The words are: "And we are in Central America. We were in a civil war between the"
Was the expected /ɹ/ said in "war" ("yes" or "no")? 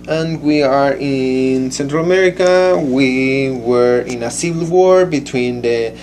yes